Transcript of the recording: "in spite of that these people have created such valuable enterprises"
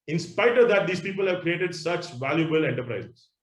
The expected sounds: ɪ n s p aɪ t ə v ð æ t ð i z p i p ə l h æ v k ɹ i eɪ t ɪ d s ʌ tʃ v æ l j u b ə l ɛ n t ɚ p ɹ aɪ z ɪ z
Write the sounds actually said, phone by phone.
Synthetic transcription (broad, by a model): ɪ n s p aɪ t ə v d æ t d i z p i p ə l h æ v k ɹ i eɪ t ɪ d s ʌ tʃ v æ l j u b ə l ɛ n t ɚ p ɹ aɪ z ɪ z